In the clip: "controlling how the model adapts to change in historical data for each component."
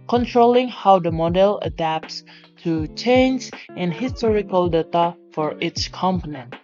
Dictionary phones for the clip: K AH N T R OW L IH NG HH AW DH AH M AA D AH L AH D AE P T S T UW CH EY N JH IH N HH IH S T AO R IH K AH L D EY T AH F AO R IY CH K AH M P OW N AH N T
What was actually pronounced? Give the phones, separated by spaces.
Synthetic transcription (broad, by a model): K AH N T R OW L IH NG HH AW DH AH M AA D AH L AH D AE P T S T UW CH EY N JH IH N HH IH S T AO R IH K AH L D EY T AH F AO R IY S K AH M P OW N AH N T